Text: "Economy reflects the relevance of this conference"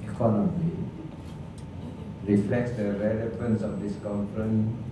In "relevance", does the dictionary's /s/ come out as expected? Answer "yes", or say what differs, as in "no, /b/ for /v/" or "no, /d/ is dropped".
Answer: yes